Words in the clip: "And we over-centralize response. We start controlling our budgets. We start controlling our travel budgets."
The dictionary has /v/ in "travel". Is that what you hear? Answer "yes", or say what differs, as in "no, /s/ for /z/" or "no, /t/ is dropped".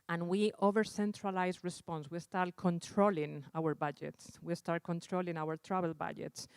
no, /b/ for /v/